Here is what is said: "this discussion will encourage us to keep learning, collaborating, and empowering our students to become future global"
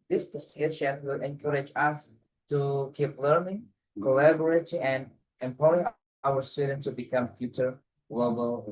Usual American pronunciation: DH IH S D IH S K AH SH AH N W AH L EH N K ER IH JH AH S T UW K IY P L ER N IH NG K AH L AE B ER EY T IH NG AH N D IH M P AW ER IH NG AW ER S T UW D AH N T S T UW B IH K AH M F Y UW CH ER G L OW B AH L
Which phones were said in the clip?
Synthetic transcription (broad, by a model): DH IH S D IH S AH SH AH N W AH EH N K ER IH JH AH S T UW K IY P L ER N IH NG K AH L AE B ER EY T IH NG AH N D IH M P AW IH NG AW ER S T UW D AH N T T UW B IH K AH M F Y UW CH ER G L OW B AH L